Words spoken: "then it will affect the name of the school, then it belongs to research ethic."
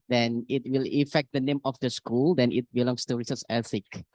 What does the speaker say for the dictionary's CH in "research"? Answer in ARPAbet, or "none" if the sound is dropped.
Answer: S